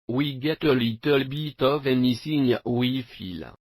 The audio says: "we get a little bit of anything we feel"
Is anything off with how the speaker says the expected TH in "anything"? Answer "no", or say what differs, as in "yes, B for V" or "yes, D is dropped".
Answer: yes, S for TH